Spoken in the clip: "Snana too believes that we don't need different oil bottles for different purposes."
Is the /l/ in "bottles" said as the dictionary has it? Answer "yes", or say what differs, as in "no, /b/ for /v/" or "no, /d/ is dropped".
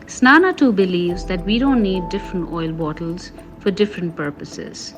yes